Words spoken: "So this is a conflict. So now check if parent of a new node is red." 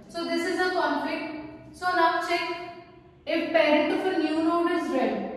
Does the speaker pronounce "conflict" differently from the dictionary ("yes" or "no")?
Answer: yes